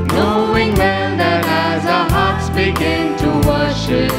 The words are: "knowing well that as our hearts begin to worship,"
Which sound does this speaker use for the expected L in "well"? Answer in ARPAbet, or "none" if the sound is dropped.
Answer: N